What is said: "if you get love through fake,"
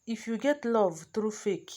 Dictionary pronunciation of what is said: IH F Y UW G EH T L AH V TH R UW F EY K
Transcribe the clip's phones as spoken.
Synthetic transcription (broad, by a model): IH F Y UW G EH T L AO V T R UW F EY K